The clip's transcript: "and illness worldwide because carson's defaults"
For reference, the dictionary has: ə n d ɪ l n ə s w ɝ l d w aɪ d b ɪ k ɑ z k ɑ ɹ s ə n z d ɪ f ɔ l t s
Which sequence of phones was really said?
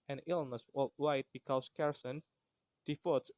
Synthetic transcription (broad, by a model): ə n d ɪ l n ə s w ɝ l w aɪ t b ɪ k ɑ s k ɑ ɹ s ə n s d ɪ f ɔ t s